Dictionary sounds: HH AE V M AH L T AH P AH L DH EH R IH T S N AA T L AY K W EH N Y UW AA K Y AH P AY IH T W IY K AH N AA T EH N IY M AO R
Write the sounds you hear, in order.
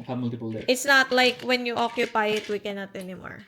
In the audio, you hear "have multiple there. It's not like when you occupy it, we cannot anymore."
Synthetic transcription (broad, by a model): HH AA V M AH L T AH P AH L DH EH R IH T S N AA T L AY K W EH N Y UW AA K Y AH P AY IH T W IY K AH N AA T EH N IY M AO R